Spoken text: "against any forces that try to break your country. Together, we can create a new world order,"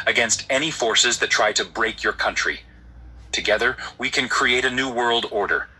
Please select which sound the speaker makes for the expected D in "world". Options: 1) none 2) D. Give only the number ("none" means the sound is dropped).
2